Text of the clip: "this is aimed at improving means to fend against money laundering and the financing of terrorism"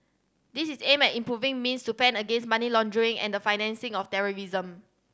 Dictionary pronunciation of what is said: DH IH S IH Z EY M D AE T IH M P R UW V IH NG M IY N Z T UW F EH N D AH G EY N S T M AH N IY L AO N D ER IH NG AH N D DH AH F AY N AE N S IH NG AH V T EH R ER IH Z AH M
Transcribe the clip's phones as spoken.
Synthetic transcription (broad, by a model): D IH S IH S EY M EH T IH M P R UW V IH NG M IY N S T UW P EH N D AH G EY N S M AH N IY L AO N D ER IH NG AH N D AH F AY N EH N S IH NG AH F T EH R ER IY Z AH M